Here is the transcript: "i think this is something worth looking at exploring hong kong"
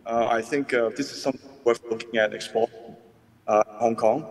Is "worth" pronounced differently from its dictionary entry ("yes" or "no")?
yes